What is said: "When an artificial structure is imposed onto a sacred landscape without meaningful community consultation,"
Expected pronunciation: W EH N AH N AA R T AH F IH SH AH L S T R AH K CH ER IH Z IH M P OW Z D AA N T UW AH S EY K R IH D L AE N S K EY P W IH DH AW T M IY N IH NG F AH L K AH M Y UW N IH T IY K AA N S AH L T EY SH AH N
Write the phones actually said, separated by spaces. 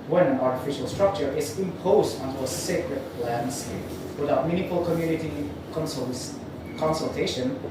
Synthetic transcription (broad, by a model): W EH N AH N AA R T AH F IH SH AH L S T R AH K CH ER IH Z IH M P OW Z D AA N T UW AH S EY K R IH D L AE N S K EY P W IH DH AW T M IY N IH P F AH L K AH M Y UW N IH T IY K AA N S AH L T EY SH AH N